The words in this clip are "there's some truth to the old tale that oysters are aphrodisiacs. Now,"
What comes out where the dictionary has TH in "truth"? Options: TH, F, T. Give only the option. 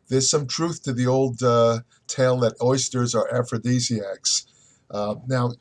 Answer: TH